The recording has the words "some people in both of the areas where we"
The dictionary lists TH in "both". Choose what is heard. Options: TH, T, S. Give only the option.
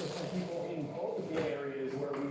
T